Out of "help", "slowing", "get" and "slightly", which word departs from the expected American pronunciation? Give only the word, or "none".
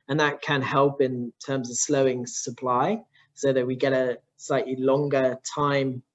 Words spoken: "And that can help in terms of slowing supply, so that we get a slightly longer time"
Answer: none